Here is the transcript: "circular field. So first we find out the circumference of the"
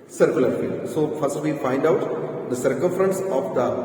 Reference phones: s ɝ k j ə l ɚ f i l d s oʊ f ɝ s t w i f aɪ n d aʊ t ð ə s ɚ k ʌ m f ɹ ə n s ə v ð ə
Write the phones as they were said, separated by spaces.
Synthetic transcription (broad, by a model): s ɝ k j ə l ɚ f i l d s oʊ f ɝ s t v i f aɪ n d aʊ t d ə s ɚ k ʌ m f ɹ ə n s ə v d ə